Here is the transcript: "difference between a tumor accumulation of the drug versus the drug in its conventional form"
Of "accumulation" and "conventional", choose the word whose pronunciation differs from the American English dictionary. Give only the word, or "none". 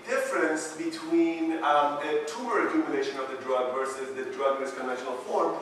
accumulation